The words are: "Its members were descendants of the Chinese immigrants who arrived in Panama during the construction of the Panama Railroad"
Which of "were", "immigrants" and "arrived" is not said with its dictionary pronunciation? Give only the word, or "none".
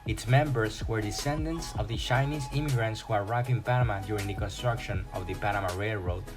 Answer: arrived